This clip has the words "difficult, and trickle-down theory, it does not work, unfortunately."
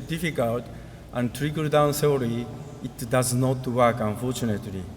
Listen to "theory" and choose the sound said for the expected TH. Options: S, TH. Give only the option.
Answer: S